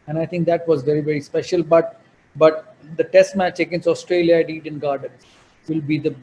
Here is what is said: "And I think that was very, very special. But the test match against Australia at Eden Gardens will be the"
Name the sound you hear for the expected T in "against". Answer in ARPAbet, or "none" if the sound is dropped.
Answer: none